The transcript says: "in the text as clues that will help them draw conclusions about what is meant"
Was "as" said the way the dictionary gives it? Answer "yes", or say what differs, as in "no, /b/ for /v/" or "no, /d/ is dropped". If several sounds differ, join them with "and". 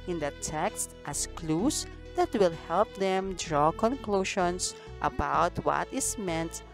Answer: no, /s/ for /z/